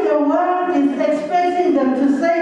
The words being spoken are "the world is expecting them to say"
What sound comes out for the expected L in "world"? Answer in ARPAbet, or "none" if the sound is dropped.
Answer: none